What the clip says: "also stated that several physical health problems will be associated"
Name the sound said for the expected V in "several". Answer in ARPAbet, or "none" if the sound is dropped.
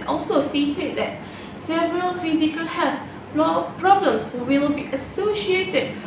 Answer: V